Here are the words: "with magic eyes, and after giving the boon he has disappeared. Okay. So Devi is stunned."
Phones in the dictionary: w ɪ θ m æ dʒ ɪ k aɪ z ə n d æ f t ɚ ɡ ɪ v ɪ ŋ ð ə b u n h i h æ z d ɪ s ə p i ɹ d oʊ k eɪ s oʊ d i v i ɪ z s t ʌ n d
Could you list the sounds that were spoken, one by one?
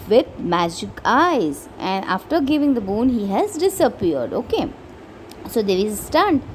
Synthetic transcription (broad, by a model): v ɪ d m æ dʒ ɪ k aɪ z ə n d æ f t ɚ ɡ ɪ v ɪ ŋ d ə b u n h i h æ z d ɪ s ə p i ɹ d oʊ k eɪ s oʊ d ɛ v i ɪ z s t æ n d